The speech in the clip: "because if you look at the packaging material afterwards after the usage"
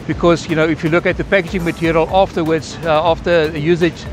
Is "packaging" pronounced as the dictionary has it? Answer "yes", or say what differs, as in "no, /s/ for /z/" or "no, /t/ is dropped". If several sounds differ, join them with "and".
yes